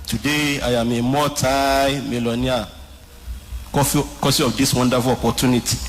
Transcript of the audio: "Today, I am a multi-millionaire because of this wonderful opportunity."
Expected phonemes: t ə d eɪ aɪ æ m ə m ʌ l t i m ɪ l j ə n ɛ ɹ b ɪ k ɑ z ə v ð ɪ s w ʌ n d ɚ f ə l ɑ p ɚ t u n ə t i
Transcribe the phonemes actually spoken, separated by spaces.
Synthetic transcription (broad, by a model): t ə d eɪ aɪ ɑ m ə m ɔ t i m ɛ l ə n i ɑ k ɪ k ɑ s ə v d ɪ s w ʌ n d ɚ f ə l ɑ p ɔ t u n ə t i